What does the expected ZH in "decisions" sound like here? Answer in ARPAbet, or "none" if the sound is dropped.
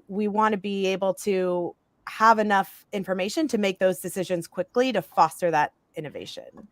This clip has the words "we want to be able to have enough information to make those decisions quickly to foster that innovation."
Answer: ZH